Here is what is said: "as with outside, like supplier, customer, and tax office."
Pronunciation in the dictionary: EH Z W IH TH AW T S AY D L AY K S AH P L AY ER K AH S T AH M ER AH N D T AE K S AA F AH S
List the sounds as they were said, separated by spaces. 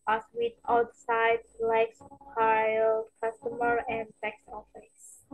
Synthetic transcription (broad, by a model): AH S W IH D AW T S AY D L AY K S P AY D K AH S T AH M ER AH N D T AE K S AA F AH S